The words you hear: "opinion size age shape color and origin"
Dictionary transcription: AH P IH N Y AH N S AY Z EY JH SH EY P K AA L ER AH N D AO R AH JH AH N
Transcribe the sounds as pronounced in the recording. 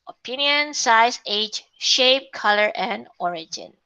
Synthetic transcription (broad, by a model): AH P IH N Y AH N S AY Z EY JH SH EY P K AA L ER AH N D AO R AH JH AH N